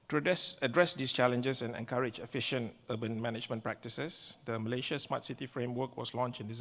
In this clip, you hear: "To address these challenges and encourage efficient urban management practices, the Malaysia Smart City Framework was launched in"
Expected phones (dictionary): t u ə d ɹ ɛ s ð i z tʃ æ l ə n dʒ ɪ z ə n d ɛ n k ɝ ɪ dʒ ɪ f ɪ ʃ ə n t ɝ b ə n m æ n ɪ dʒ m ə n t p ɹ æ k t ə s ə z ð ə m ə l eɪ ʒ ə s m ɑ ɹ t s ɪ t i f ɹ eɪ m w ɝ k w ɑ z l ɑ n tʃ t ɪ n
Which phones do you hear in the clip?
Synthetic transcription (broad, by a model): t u ə d ɹ ɛ s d i s tʃ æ l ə n dʒ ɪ s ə n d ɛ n k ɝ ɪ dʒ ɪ f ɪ ʃ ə n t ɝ b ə n m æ n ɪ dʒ m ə n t p ɹ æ k t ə s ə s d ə m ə l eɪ ʃ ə s m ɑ t s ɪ t i f ɹ eɪ m w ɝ k w ɑ s l ɑ n tʃ t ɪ n